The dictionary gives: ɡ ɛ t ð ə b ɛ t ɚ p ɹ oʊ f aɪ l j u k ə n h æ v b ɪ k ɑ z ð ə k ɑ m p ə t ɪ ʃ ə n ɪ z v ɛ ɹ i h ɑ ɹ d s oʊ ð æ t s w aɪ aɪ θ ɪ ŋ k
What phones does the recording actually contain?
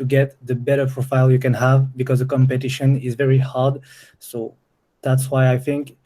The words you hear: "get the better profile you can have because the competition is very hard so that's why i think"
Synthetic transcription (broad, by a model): ɡ ɛ t ð ə b ɛ t ɚ p ɹ oʊ f aɪ l j u k ə n h æ v b ɪ k ɑ z ð ə k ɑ m p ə t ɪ ʃ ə n ɪ z v ɛ ɹ i h ɑ ɹ d s oʊ ð æ t s w aɪ aɪ θ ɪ ŋ k